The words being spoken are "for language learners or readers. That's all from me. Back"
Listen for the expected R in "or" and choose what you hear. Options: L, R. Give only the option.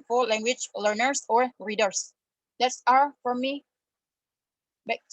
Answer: R